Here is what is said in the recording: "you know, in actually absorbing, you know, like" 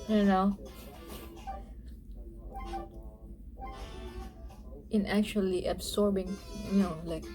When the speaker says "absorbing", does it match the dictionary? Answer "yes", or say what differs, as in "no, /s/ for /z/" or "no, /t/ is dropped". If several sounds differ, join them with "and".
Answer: no, /s/ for /z/